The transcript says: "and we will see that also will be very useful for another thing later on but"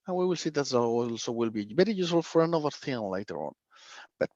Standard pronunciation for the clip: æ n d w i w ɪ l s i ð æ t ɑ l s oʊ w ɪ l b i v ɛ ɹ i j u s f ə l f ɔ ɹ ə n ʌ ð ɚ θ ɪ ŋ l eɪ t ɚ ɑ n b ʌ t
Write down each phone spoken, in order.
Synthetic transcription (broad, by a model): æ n w i w ɪ l s i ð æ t ɑ l s oʊ w ɪ l b i b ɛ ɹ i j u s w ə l f ɔ ɹ ə n ʌ ð ɚ θ ɪ ŋ l eɪ t ɚ ɑ n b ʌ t